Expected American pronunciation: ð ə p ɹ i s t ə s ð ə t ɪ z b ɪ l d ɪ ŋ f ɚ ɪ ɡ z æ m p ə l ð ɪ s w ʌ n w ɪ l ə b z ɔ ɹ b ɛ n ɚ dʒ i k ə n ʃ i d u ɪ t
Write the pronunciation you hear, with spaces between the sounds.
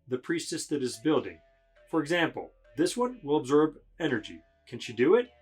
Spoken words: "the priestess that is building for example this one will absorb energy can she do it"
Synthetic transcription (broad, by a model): ð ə p ɹ i s t ə s ð ə t ɪ z b ɪ l d ɪ ŋ f ɚ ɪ ɡ z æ m p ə l ð ɪ s w ʌ n w ɪ l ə b z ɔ ɹ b ɛ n ɚ dʒ i k ə n ʃ i d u ɪ t